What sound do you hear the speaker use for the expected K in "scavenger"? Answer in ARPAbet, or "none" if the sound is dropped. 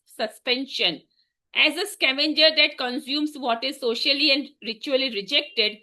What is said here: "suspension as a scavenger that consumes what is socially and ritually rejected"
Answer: K